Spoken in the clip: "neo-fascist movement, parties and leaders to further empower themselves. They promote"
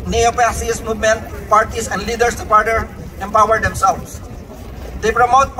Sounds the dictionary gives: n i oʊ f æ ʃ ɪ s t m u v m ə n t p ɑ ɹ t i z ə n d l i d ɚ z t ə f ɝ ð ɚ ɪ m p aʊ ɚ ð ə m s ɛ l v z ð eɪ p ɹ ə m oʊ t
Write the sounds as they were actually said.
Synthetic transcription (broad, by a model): n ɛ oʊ p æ s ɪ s m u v m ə n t p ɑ ɹ t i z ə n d l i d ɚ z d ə p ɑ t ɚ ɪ m p aʊ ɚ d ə m s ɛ l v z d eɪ p ɹ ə m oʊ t